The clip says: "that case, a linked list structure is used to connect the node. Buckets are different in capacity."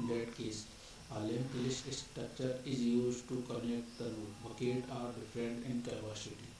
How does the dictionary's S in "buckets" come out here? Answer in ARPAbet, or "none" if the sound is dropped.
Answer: none